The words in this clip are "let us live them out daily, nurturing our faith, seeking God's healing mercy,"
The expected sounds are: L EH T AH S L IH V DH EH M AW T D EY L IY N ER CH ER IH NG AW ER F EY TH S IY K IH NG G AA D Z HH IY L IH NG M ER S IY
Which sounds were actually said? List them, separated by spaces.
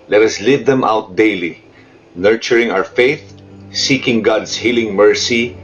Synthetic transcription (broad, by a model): L EH T AH S L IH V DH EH M AW T D EY L IY N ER CH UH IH NG AW ER F EY TH S IY K IH NG G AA D S HH IY L IH NG M ER S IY